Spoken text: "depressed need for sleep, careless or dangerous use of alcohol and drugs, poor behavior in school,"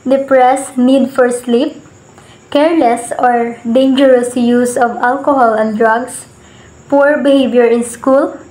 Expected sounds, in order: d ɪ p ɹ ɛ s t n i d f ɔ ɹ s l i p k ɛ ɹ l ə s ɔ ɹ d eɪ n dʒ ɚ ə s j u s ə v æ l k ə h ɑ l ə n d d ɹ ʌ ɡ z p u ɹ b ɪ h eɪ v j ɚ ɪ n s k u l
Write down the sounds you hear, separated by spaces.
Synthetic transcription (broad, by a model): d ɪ p ɹ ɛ s n i d f ɔ ɹ s l i p k ɛ ɹ l ə s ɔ ɹ d eɪ n dʒ ɚ ə s j u s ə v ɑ l k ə h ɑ l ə n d d ɹ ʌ ɡ s p u ɹ b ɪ h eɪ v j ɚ ɪ n s k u l